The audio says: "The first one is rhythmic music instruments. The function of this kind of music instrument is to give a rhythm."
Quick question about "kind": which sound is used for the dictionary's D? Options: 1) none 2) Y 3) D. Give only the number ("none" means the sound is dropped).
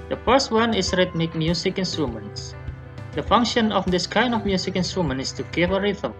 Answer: 3